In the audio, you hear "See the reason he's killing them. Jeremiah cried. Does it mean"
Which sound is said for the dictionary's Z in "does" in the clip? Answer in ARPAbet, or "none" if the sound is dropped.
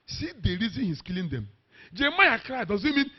Z